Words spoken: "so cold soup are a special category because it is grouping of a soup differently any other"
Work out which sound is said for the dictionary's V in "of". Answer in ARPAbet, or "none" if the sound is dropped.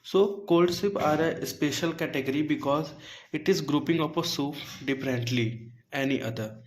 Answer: P